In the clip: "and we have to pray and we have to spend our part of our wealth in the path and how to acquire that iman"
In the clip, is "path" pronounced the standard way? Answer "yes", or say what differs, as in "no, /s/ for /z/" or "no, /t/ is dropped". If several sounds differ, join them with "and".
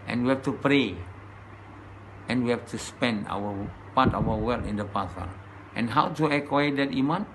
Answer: no, /s/ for /θ/